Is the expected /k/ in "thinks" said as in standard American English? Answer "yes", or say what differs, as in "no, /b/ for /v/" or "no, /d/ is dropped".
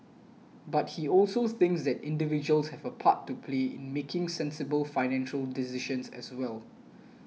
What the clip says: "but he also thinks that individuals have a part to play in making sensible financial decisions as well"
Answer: yes